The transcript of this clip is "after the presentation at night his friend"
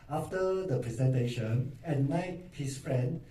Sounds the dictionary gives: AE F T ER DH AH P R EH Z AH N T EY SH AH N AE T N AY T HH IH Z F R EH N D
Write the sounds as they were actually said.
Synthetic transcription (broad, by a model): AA F T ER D AH P R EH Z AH N T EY SH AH N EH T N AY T HH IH S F R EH N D